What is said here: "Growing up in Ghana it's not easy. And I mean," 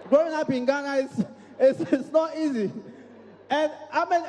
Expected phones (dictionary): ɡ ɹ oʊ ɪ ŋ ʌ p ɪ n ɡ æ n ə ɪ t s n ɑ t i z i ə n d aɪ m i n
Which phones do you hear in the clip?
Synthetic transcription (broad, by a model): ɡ ɹ oʊ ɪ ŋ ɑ p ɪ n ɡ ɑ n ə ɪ s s n ɑ t i z i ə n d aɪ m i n